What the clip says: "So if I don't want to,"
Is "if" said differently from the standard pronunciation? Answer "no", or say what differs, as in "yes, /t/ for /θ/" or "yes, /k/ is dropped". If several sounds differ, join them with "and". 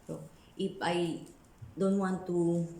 yes, /p/ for /f/